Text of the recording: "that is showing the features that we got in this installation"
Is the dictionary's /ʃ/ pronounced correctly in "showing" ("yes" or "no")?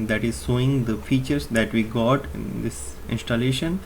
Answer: no